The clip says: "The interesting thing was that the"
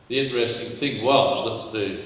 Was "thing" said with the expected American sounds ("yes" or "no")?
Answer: yes